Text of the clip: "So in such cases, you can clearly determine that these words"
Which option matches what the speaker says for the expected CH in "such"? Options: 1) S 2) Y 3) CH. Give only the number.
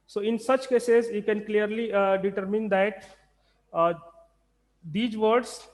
3